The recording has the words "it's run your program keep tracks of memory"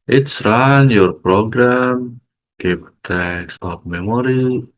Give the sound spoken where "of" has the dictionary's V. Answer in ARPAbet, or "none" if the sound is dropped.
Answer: P